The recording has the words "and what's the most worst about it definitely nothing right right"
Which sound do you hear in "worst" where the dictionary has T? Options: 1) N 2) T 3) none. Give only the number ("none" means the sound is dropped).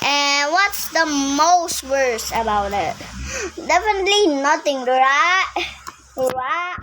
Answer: 3